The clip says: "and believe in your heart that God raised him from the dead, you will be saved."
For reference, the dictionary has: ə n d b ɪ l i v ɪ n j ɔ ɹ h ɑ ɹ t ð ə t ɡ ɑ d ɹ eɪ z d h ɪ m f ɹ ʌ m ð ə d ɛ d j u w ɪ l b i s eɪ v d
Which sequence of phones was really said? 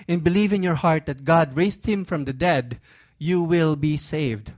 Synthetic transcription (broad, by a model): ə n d b ɪ l i v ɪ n j ɔ ɹ h ɑ ɹ t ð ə t ɡ ɑ d ɹ eɪ s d h ɪ m f ɹ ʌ m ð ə d ɛ d j u w ɪ l b i s eɪ v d